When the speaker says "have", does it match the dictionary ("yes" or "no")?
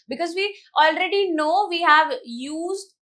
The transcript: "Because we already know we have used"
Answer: yes